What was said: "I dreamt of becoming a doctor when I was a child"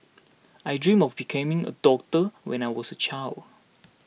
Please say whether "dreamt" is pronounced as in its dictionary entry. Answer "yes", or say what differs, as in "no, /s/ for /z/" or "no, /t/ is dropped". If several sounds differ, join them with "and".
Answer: no, /t/ is dropped